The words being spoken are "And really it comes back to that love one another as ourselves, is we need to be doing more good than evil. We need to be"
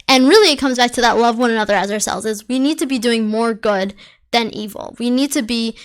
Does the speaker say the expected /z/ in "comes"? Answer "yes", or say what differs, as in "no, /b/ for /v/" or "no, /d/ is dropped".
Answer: yes